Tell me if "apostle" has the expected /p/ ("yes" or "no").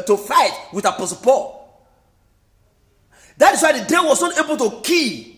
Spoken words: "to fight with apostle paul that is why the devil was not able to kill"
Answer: yes